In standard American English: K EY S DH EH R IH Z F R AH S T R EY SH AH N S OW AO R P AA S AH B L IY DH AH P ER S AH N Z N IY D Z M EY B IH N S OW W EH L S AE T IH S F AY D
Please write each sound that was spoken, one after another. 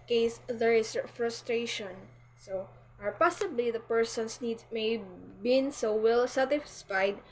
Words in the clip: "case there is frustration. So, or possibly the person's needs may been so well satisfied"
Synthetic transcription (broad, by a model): K EY S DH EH R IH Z F R AH S T R EY SH AH N S OW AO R P AA S AH B L IY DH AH P ER S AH N S N IY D M EY B IH N S OW W EH L S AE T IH S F AY D